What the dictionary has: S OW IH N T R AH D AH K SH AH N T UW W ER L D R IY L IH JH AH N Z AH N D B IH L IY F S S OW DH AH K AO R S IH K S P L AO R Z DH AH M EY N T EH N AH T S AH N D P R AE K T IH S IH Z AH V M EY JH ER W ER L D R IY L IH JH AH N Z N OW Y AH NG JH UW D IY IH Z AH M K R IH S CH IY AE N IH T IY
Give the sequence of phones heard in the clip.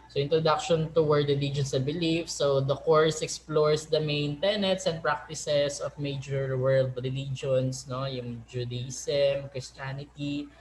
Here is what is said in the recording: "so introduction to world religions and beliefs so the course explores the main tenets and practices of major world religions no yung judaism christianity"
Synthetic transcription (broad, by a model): S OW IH N T R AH D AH K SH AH N T UW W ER D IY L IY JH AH N S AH B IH L IY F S S OW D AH K AO R S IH K S P L AO R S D AH M EY N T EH N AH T S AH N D P R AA K T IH S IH S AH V M EY JH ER W ER L D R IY L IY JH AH N S N OW Y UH NG JH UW D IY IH S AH M K R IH S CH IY N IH T IY